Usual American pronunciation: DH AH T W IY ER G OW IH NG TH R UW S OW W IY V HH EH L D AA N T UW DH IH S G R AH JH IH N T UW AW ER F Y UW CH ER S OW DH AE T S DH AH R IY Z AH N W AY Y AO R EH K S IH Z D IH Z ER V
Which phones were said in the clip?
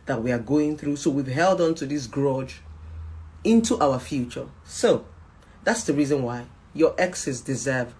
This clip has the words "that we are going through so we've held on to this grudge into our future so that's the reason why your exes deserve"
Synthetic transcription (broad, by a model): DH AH T W IY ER G OW IH NG TH R UW S OW W IY V HH EH L D AA N T UW DH IH S G R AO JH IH N T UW AW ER F Y UW CH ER S OW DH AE T S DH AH R IY Z AH N W AY Y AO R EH K S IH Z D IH Z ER V